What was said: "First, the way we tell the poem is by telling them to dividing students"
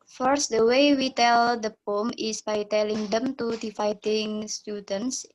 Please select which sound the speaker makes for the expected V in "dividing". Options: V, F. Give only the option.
F